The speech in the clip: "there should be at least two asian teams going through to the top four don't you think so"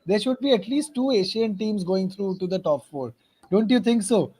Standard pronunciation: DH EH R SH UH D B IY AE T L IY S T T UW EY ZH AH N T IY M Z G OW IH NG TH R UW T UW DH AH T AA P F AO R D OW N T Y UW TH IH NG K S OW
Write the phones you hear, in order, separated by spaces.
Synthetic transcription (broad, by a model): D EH R SH UH D B IY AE T L IY S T T UW EY SH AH N T IY M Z G OW IH NG T R UW T UW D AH T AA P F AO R D OW N T Y UW T IH NG K S OW